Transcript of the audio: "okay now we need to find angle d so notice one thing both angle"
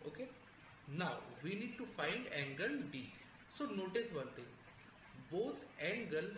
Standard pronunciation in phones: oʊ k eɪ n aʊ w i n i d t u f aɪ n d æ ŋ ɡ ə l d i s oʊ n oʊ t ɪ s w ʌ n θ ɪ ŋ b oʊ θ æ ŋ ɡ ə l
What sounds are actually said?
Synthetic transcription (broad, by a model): oʊ k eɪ n aʊ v i n i d t u f aɪ n d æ ŋ ɡ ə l d i s oʊ n oʊ t ɪ s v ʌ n t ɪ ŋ b oʊ t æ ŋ ɡ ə l